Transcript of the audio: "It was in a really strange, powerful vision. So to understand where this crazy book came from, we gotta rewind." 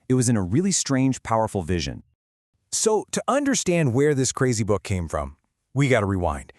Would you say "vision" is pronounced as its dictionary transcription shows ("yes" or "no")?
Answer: yes